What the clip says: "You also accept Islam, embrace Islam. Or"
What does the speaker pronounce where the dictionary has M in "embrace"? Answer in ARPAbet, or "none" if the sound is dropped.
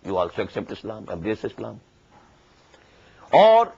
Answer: none